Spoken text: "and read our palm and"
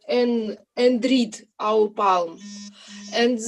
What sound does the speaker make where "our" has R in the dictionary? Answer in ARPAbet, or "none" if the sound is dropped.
W